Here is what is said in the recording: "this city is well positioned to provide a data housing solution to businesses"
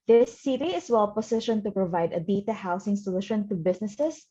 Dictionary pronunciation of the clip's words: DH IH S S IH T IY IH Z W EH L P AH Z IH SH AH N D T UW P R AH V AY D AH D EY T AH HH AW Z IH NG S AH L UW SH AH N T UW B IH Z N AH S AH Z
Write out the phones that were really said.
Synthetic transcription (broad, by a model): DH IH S S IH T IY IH S W EH L P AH S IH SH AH N T UW P R AH V AY D AH D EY T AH HH AW S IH NG S AH L UW SH AH N T UW B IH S N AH S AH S